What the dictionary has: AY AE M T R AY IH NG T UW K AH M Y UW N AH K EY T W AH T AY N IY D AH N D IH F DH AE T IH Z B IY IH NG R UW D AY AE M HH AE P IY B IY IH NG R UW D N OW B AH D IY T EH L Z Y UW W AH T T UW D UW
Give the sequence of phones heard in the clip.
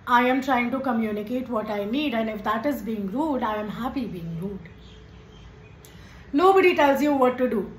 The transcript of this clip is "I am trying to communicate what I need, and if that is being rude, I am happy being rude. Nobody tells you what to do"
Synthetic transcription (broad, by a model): AY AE M T R AY IH NG T UW K AH M Y UW N AH K EY T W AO T AY N IY D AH N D IH F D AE T IH Z B IY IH NG R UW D AY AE M HH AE P IY B IY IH NG R UW D N OW B AH D IY T EH L Z Y UW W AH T T UW D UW